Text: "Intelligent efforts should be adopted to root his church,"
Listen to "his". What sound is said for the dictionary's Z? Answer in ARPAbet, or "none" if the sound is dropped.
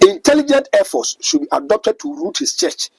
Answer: S